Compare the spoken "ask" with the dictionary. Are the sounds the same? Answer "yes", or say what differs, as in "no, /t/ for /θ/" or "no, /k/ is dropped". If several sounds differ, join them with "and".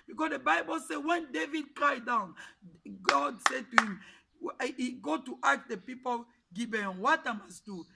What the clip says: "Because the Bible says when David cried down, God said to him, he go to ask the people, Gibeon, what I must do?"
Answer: no, /s/ is dropped